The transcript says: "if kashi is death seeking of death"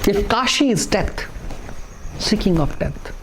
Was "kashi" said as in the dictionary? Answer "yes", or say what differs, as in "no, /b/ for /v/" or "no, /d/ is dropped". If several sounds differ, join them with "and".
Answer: yes